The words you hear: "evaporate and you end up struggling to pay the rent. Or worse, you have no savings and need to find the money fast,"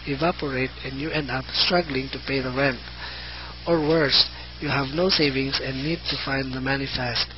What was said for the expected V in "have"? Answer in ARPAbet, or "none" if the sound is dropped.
V